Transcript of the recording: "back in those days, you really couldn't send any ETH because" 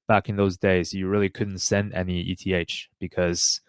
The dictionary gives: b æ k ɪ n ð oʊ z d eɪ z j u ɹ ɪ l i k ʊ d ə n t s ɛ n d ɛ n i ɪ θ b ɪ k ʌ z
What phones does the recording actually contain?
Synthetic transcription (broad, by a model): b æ k ɪ n ð oʊ z d eɪ z j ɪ ɹ ɪ l i k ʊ d n t s ɛ n d ɛ n i ɪ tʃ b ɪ k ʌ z